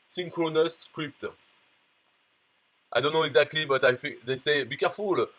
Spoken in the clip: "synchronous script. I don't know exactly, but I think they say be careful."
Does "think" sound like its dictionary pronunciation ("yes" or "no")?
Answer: no